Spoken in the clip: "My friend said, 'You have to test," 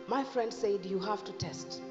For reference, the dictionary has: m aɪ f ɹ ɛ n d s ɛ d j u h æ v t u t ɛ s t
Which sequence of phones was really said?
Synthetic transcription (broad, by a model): m aɪ f ɹ ɛ n d s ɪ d j u h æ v t u t ɛ s t